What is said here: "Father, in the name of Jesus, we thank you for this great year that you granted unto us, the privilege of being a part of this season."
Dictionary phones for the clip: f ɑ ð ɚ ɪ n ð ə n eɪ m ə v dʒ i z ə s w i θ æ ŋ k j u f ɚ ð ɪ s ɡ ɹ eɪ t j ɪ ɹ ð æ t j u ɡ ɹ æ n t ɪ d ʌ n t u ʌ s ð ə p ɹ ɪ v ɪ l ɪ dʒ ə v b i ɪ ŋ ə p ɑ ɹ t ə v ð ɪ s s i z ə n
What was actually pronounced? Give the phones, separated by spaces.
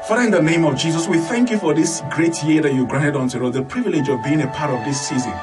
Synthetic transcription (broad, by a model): f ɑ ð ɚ ɪ n ð ə n eɪ m ə v dʒ i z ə s w i θ æ ŋ k j u f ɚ ð ɪ s ɡ ɹ eɪ t j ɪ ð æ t j u ɡ ɹ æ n t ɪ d n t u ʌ ð ə p ɹ ɪ v ɪ l ɪ dʒ ə v b i ɪ ŋ ə p ɑ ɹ t ə v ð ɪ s s i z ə n